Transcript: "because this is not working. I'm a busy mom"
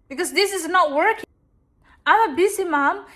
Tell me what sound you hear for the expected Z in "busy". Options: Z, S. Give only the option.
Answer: S